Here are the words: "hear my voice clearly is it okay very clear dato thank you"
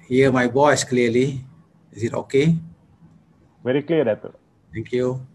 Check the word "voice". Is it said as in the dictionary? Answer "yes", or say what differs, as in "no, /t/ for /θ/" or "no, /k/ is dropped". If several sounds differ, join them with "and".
no, /b/ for /v/